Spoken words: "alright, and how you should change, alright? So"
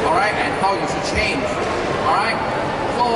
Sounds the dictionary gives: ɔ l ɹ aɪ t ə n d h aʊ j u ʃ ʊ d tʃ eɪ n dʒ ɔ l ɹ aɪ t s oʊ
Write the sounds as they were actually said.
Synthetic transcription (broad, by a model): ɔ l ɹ aɪ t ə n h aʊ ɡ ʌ s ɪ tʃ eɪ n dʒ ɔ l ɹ aɪ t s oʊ